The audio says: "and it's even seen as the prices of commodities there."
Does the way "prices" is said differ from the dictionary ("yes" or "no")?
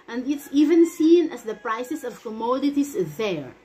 yes